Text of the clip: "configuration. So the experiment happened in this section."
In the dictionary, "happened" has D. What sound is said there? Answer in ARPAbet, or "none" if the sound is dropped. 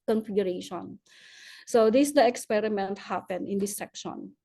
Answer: none